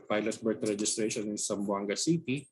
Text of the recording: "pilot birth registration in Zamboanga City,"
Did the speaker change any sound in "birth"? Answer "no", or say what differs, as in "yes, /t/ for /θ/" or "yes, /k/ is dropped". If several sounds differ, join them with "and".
yes, /t/ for /θ/